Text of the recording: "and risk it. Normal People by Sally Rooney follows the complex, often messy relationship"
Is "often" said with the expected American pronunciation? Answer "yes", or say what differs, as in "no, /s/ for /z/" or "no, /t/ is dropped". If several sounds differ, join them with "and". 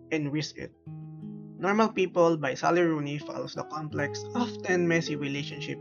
yes